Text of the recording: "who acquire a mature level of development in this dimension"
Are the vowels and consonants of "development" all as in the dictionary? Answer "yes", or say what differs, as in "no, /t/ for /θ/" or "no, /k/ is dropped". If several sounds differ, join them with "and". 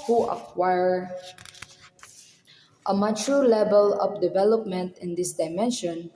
yes